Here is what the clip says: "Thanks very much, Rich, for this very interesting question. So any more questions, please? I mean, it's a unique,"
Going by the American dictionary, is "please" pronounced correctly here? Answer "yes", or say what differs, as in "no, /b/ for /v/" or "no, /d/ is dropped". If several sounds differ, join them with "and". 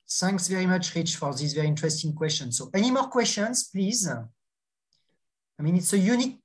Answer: yes